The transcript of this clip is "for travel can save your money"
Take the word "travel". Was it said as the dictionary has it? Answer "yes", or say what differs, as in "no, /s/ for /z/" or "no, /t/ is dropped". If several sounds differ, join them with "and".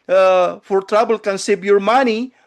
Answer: no, /b/ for /v/